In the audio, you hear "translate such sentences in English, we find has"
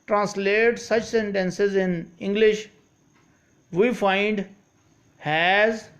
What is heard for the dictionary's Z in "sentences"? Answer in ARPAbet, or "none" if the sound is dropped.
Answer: Z